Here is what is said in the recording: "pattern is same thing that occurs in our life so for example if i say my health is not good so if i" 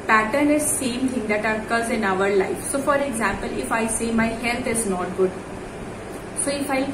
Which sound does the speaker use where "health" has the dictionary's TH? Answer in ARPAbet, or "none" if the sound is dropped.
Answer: T